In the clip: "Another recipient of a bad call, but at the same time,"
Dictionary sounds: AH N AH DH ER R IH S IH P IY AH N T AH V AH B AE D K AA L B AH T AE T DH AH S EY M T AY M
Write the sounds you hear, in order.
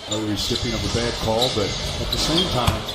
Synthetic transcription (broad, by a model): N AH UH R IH S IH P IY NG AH P AH B AE D K AA L B AH T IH T DH AH S EY M T AY M